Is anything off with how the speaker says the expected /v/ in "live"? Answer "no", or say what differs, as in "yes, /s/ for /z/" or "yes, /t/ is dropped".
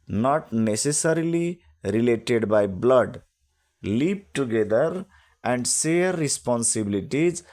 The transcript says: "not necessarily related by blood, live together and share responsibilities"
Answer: yes, /p/ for /v/